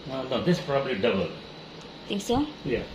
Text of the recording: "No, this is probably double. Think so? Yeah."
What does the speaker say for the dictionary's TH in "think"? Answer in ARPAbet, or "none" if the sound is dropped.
T